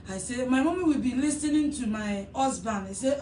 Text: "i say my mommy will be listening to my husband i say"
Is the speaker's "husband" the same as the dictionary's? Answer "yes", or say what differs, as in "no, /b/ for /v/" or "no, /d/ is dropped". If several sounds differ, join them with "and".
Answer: no, /d/ is dropped